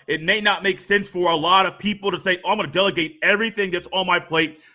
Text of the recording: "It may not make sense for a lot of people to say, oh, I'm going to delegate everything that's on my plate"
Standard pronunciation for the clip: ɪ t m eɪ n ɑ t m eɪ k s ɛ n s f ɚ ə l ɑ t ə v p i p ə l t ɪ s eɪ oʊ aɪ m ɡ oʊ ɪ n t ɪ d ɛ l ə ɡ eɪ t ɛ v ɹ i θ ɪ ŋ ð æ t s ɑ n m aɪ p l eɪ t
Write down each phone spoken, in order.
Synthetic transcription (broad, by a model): ɪ t m eɪ n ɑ t m eɪ k s ɛ n s f ɚ ə l ɑ t ə v p i p l t ɪ s eɪ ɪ aɪ m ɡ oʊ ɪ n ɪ d ɛ l ə ɡ eɪ t ɛ v ɹ i θ ɪ ŋ ð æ t s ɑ n m aɪ p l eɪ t